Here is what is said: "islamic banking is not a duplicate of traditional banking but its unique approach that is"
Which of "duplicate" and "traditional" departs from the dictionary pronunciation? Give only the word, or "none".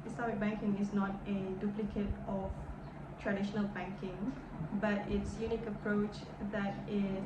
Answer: none